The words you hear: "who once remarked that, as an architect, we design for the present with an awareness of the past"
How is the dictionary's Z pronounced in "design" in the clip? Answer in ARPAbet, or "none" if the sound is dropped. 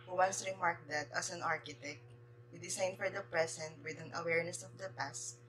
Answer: S